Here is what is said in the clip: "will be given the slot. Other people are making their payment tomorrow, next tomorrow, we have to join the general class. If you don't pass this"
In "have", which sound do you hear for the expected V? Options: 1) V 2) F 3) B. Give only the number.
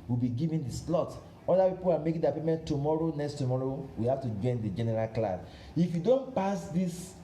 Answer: 2